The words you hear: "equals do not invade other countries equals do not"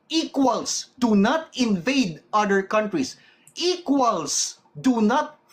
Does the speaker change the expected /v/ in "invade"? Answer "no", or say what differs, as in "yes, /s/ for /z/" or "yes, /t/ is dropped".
no